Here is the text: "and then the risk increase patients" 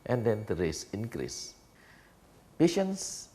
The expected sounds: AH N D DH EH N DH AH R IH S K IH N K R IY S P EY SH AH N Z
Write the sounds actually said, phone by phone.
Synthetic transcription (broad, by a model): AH N D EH N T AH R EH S IH N K R IY S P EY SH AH N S